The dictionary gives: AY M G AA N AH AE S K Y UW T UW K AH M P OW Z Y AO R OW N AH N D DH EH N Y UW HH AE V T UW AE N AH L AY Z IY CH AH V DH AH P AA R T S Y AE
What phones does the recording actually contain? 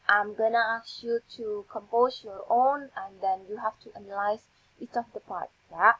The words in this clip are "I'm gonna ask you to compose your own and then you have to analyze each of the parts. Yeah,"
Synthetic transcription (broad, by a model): AY M G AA N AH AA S Y UW T UW K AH M P OW S Y AO R OW N AH N D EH N Y UW HH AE F T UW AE N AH L AY S IY CH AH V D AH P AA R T Y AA